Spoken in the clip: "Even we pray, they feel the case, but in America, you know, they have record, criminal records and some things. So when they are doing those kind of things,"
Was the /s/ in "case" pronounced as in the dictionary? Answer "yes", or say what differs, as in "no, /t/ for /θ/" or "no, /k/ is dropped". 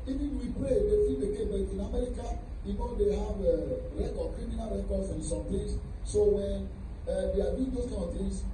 no, /s/ is dropped